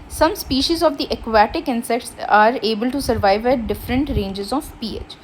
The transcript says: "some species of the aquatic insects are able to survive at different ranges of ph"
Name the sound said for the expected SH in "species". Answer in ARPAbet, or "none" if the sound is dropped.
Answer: SH